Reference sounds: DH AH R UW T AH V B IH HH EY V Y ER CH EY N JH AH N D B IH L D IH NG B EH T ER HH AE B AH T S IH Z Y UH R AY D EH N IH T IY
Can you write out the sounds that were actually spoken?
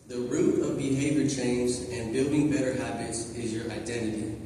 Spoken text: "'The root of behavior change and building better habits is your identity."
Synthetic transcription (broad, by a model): DH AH R UW T AH V B IH HH EY V Y ER CH EY N Z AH N B IH L D IH NG B EH T ER HH AE B AH T S IH Z Y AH R AY D EH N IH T IY